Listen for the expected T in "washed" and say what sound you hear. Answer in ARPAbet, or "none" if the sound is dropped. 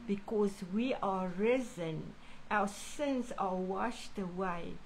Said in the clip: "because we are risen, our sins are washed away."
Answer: T